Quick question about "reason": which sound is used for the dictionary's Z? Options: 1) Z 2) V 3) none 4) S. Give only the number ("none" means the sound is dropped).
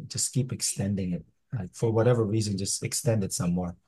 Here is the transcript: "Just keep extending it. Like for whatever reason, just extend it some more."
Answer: 1